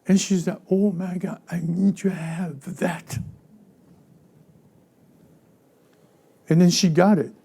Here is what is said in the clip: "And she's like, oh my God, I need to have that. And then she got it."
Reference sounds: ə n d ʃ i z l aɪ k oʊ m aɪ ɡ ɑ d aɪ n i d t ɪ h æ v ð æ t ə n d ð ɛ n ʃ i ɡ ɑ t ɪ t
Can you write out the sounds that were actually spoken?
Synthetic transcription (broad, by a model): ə n ʃ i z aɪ oʊ m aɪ ɡ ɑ aɪ n i d t ɪ h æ v ð æ t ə n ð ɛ n ʃ i ɡ ɑ t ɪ t